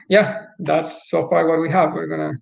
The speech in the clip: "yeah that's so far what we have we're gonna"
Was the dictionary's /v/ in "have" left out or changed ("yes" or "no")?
no